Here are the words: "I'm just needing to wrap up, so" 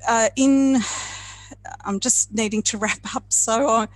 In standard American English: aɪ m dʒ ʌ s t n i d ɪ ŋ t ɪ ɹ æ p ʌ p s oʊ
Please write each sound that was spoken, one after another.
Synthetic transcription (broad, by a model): aɪ m dʒ ʌ s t n i d ɪ ŋ t ɪ ɹ æ p ʌ p s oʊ